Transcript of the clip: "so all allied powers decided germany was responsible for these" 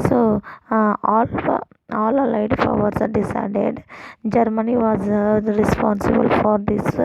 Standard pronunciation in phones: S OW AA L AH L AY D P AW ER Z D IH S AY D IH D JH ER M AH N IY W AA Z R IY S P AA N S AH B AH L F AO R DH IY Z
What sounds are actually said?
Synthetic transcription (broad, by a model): S OW AA L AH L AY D F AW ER S D IH S AY D IH D JH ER M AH N IY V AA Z R IY S P AA N S AH B AH L F AO R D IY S